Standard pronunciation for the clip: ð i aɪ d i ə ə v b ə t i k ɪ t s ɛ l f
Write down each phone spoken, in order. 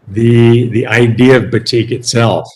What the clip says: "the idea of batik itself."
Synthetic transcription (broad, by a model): ð i aɪ d i ə ə v b ə t i k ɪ t s ɛ l f